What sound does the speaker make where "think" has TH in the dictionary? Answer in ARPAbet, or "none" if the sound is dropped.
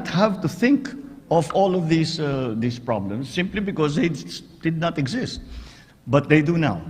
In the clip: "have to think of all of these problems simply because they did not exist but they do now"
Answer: TH